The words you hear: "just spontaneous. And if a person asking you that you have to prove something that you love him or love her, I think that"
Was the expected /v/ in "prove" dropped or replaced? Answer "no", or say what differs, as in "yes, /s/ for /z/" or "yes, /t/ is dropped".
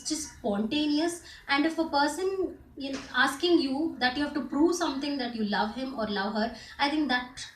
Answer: no